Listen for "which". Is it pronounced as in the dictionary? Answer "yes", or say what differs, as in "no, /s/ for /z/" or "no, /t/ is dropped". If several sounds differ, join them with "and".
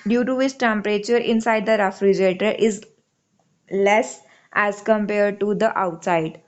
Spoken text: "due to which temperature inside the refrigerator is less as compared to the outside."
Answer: no, /s/ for /tʃ/